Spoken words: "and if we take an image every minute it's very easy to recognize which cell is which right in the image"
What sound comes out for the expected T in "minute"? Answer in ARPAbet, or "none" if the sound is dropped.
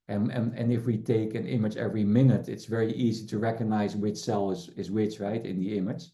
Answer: T